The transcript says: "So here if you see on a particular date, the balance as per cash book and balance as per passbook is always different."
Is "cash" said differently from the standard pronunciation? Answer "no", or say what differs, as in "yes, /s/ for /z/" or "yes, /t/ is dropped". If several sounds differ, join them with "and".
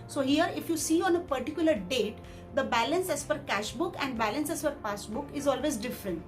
no